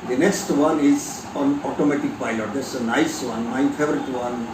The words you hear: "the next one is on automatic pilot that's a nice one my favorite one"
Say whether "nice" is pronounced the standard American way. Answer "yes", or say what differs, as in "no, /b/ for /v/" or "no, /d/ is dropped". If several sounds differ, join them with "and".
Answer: yes